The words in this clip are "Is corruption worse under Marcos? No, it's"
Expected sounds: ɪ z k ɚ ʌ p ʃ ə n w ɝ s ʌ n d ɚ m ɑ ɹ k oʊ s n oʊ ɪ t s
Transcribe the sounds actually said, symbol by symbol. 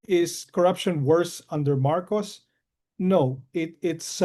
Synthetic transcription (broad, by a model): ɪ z k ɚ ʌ p ʃ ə n w ɝ s ʌ n d ɚ m ɑ ɹ k oʊ s n oʊ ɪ t s